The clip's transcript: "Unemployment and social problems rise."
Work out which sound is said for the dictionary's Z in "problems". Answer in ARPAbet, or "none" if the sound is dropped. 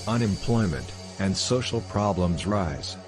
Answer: Z